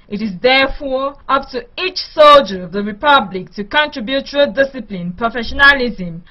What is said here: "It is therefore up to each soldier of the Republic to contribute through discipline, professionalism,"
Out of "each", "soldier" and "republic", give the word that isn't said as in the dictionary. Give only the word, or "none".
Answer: none